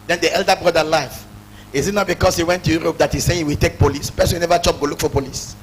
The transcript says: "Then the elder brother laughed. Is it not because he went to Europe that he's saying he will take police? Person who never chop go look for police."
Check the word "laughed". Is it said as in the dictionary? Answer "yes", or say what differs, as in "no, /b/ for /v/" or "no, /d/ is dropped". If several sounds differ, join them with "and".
no, /t/ is dropped